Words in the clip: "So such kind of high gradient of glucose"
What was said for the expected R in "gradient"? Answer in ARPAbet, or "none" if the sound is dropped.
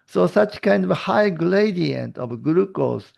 L